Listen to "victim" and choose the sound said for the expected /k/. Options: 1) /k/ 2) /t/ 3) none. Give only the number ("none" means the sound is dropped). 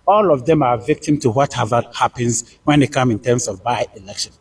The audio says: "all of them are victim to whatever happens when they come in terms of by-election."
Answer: 1